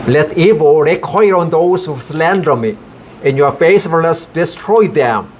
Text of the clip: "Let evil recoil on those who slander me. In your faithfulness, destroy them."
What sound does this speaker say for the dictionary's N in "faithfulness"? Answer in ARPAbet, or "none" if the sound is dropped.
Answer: none